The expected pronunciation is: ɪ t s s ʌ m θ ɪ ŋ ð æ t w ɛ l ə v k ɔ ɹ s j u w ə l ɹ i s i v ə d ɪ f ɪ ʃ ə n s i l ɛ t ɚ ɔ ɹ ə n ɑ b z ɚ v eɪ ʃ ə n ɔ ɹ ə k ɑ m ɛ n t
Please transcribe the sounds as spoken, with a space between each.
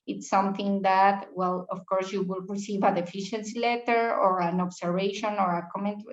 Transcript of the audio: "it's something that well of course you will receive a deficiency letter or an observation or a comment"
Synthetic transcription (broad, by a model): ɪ t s s ʌ m θ ɪ ŋ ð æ t w ɛ l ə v k ɔ ɹ s j u w ə l ɹ i s i v ə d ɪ f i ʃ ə n s i l ɛ t ɚ ɔ ɹ ə n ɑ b s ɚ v eɪ ʃ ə n ɔ ɹ ə k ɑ m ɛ n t